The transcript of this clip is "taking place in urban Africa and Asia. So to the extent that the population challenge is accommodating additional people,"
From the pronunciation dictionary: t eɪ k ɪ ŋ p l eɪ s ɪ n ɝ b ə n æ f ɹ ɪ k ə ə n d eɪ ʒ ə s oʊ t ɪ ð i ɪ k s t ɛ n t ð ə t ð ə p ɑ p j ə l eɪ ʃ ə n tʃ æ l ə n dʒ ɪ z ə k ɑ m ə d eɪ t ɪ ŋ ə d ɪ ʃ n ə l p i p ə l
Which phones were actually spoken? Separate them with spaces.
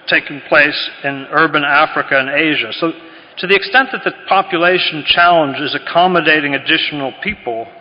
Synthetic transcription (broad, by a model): t eɪ k ɪ ŋ p l eɪ s ɪ n ɝ b ə n æ f ɹ ɪ k ə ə n eɪ ʒ ə s oʊ t ɪ ð i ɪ k s t ɛ n ð ə t ð ə p ɑ p j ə l eɪ ʃ n tʃ æ l ə n dʒ ɪ z ə k ɑ m ə d eɪ t ɪ ŋ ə d ɪ ʃ n l p i p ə l